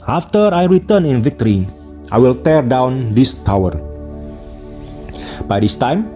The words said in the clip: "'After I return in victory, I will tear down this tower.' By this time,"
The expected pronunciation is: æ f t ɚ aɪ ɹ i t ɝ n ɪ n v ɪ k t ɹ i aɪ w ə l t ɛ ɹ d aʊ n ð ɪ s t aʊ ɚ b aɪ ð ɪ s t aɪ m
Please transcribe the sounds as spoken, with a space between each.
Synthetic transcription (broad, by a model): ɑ f t ɚ aɪ ɹ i t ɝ n ɪ n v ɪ k t ɹ i aɪ w ə l t ɛ ɹ d aʊ n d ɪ s t aʊ ɚ b aɪ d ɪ s t aɪ m